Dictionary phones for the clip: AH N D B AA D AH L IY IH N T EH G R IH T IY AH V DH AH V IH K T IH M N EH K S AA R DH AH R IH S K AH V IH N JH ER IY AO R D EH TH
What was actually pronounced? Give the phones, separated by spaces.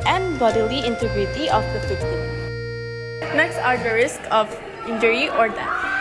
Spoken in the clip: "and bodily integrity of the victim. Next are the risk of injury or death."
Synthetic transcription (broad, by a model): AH N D B AA D AH L IY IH N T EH G R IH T IY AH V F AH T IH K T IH N EH K S AA R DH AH R IH S K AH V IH N JH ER IY AO R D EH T